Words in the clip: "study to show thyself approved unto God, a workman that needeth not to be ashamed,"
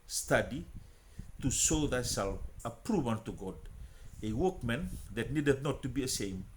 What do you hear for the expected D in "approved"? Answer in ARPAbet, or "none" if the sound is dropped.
none